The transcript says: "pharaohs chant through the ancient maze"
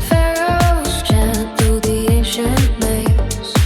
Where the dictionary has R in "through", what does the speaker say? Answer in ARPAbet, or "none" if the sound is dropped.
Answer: none